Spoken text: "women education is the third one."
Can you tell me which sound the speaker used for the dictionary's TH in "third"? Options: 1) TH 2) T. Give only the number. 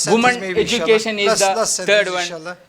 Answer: 2